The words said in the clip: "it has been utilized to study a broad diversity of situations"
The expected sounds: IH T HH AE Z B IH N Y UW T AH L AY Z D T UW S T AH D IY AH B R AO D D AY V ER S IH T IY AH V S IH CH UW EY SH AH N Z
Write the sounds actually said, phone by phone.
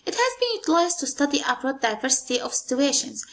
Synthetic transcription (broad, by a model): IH T HH AE Z B IH N Y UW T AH L AY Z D T UW S T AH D IY AH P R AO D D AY V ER S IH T IY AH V S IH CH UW EY SH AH N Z